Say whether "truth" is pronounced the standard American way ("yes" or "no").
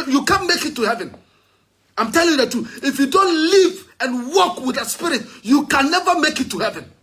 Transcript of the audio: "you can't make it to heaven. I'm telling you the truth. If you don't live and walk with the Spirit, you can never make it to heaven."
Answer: no